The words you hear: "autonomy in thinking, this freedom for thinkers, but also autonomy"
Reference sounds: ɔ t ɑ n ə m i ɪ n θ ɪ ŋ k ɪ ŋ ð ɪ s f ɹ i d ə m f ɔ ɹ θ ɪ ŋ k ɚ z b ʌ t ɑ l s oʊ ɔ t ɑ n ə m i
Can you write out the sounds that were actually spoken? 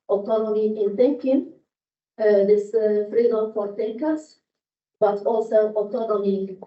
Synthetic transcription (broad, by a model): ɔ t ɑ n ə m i ɪ n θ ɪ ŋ k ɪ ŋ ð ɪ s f ɹ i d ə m f ɔ ɹ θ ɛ k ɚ s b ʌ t ɑ l s oʊ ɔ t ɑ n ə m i